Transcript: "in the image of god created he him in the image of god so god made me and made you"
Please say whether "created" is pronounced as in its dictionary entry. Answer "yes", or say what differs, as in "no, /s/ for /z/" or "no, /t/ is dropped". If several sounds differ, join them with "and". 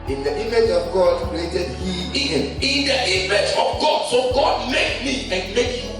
no, /ɹ/ is dropped